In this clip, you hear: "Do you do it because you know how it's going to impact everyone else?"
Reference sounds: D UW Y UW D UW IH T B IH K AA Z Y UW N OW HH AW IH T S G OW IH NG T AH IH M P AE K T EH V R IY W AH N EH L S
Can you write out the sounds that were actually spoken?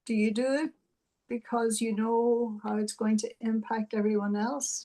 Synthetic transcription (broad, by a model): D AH Y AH D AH IH T B IH K AA Z Y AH N OW HH AW IH T S G OW IH NG T AH IH M P AE K T EH V R IY W AH N EH L S